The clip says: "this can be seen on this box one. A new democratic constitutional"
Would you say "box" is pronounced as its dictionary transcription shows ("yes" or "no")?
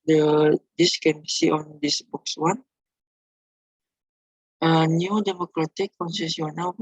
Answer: yes